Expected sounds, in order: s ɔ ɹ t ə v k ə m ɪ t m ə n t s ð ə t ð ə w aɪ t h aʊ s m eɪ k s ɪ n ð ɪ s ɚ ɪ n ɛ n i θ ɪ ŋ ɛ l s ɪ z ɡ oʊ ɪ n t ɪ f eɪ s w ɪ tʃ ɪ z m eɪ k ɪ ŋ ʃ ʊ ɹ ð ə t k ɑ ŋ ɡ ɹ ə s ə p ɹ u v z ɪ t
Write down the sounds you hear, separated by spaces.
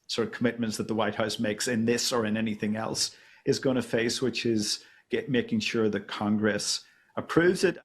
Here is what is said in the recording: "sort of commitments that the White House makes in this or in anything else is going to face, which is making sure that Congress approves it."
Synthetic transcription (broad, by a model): s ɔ ɹ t ə v k ə m ɪ t m ə n t s ð ə t ð ə w aɪ t h aʊ s m eɪ k s ɪ n ð ɪ s ɚ ɪ n ɛ n i θ ɪ ŋ ɛ l s ɪ z ɡ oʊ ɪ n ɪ f eɪ s w ɪ tʃ ɪ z m eɪ k ɪ ŋ ʃ ʊ ɹ ð ə t k ɑ ŋ ɡ ɹ ə s ə p ɹ u v z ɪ t